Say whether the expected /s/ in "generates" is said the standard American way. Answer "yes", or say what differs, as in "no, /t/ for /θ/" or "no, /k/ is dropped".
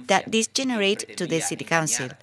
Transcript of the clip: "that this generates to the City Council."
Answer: no, /s/ is dropped